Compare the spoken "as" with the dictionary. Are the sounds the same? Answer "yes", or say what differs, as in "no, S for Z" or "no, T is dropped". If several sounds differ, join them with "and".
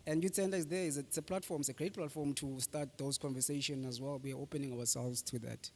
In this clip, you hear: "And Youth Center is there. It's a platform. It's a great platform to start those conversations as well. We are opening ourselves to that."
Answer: yes